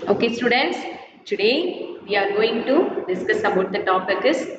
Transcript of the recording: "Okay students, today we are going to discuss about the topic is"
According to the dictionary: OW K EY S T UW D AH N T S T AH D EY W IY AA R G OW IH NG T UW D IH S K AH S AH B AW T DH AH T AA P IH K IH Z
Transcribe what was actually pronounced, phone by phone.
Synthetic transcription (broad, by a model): OW K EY S T UW D AH N T S T AH D EY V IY AA R G OW IH NG T UW D IH S K AH S AH B AW T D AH T AA P IH K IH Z